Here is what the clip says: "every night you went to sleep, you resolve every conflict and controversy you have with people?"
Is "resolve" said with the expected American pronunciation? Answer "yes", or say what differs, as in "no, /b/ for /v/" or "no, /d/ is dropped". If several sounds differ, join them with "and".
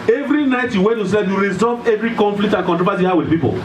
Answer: no, /l/ is dropped